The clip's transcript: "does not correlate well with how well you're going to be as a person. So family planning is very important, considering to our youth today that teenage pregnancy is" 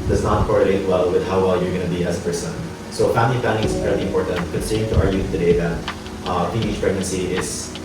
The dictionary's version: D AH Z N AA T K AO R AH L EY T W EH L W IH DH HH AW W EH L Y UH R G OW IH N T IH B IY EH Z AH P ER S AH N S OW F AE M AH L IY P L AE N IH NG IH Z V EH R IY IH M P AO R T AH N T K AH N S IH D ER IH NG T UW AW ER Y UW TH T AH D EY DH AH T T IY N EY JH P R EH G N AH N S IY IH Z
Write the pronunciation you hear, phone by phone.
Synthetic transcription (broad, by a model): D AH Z N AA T K AO R AH L EY T W EH L W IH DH HH AW W EH L Y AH R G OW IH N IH B IY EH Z AH P ER S AH N S OW F AE M AH L IY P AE L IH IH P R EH L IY IH M P AO R T AH N T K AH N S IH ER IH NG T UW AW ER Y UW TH T AH D EY DH AH T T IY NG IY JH P R EH G N AH N S IY IH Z